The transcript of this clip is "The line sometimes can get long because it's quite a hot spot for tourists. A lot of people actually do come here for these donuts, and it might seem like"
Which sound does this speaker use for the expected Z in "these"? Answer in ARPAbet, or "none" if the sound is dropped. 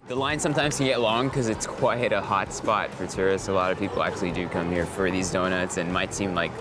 Z